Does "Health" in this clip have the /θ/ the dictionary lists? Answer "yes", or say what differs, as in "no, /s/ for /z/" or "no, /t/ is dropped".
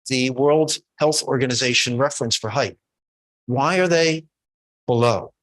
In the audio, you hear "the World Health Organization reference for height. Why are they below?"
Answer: yes